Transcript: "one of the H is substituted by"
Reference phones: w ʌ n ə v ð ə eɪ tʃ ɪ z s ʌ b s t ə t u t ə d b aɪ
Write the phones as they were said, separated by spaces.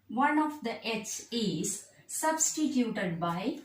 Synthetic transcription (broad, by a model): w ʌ n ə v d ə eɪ s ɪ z s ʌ b s t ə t u t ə d b aɪ